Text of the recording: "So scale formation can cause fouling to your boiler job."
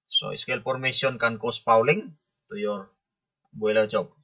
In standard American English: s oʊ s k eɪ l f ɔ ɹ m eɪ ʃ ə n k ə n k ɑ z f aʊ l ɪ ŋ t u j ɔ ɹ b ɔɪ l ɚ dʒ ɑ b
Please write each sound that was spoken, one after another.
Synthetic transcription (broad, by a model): s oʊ s k eɪ l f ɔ ɹ m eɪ s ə n k ə n k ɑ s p aʊ l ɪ ŋ t u j ɔ ɹ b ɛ l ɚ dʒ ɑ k